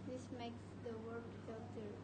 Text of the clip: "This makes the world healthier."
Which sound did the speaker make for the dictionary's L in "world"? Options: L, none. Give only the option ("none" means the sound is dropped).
none